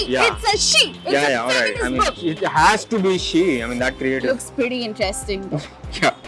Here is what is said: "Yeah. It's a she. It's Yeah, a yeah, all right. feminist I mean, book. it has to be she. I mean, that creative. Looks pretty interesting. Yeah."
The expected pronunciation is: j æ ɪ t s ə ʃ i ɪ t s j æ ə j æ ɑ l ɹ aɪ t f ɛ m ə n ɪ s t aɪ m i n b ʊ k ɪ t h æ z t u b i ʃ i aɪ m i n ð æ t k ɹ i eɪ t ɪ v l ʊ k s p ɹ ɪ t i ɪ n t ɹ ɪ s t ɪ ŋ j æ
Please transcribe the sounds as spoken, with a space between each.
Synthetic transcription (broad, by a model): j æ ɪ t s ə ʃ i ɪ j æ ə j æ ɑ l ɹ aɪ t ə ɪ t aɪ m i n ɪ t h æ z t u b i ʃ i aɪ m i n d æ t k ɹ i eɪ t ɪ l ʊ k s p ɹ ɪ t i ɪ n t ɹ ɪ s t ɪ ŋ j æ